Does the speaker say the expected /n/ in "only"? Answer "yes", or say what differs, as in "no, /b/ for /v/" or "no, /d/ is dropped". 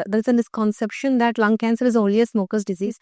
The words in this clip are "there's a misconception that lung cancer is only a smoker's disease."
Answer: no, /n/ is dropped